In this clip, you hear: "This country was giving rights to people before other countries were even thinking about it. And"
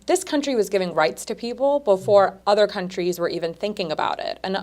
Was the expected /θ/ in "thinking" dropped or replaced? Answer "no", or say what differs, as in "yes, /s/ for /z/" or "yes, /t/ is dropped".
no